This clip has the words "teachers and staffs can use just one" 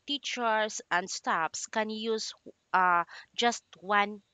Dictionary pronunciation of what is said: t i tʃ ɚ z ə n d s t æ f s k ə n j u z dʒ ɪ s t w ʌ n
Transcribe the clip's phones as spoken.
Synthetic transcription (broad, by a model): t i tʃ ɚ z ə n d s t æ p s k ə n j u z dʒ ɪ s t w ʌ n